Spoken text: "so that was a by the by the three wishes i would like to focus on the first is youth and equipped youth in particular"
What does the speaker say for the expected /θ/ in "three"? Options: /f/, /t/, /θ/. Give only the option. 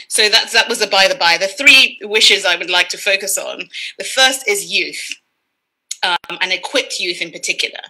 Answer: /θ/